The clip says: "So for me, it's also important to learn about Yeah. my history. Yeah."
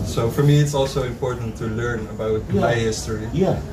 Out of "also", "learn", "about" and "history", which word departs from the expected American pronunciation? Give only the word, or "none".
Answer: none